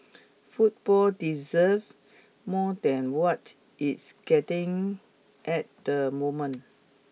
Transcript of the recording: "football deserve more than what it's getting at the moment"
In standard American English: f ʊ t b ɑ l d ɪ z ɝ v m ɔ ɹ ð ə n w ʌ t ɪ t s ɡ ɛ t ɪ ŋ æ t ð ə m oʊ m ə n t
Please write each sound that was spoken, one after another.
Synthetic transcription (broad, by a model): f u t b ɑ l d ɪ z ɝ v m ɔ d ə n w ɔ t ɪ t s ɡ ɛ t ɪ ŋ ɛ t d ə m oʊ m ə n